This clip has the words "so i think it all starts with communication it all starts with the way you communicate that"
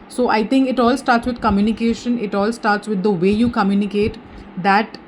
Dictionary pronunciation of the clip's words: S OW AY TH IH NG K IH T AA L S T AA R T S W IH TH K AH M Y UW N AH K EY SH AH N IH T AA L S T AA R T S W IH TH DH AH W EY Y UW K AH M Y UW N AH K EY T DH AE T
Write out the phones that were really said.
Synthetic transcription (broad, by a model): S OW AY T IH NG K IH T AA L S T AA R T S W IH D K AH M Y UW N AH K EY SH AH N IH T AA L S T AA R T S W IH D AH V EY Y UW K AH M Y UW N AH K EY T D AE T